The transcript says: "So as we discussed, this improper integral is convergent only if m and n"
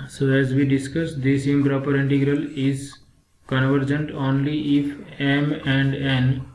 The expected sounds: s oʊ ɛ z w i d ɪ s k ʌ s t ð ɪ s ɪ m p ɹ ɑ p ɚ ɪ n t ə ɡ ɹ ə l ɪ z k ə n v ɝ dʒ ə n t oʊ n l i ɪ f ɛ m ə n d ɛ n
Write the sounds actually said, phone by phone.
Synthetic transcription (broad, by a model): s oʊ ɛ z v i d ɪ s k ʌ s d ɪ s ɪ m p ɹ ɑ p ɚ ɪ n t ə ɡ ɹ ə l ɪ z k ə n v ɝ dʒ ə n t oʊ n l i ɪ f ɛ m ə n d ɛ n